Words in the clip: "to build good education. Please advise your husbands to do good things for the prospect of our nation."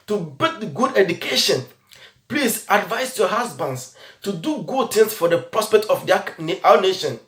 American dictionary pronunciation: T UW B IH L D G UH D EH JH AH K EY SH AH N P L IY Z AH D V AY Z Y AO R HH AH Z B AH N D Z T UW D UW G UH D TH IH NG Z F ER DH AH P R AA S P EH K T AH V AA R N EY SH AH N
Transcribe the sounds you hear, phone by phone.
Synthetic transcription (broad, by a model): T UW B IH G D G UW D EH JH AH K EY SH AH N P L IY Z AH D V AY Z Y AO HH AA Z B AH N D S T UW D UW G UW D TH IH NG S F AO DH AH P R AA S P EH K T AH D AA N N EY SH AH N